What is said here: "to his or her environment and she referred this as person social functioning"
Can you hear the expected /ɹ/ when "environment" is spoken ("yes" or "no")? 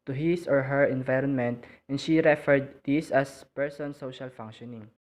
yes